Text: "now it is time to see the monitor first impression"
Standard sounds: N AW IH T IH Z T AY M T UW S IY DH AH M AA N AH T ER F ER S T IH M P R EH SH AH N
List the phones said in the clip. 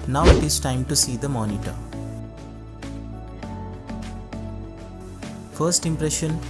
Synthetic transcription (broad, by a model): N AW IH T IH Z T AY M T UW S IY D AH M AA N AH T ER F ER S T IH M P R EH SH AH N